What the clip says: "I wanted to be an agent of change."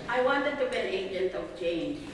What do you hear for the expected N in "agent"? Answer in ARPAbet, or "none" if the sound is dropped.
L